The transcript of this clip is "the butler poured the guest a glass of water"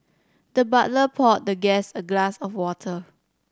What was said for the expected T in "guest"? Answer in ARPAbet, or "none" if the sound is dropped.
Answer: none